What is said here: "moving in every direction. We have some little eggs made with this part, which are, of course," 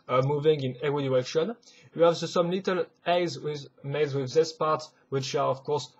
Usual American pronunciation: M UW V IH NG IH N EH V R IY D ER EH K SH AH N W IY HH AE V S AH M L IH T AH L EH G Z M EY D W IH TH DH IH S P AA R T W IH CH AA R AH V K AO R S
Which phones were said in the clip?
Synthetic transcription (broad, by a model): M UW V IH NG IH N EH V IY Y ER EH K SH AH N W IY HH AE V S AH M L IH T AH L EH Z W M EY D W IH DH IH S P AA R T W IH CH AA R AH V K AO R S